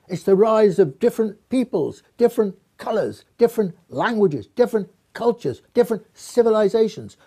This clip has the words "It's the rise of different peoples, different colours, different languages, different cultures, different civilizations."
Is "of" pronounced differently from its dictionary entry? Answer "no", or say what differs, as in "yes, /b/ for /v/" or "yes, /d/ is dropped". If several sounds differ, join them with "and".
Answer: no